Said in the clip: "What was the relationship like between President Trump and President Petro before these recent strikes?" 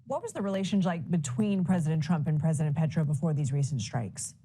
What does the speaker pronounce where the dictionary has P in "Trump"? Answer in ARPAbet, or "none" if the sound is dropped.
P